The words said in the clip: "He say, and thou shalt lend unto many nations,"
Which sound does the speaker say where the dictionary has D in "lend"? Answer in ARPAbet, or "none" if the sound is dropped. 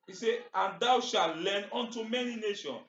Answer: none